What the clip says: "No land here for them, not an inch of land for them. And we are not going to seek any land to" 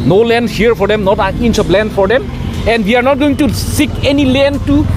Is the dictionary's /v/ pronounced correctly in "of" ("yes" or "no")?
no